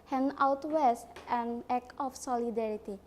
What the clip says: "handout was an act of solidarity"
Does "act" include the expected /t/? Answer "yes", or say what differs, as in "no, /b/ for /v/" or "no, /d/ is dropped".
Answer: no, /t/ is dropped